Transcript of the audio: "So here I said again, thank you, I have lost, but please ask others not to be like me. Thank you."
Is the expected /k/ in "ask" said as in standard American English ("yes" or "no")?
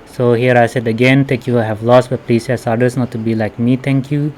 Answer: no